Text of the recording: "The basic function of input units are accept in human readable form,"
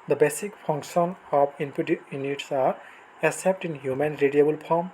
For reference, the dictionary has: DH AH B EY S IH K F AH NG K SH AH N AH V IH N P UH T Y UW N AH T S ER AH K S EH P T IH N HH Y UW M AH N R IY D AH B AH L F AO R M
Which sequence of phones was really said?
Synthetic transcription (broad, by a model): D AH B EY S IH K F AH NG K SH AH N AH P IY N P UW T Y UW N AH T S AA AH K S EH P T IH N HH Y UW M AH N R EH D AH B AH L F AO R M